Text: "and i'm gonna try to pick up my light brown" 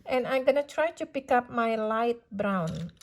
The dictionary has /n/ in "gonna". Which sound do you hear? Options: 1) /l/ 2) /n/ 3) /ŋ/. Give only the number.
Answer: 2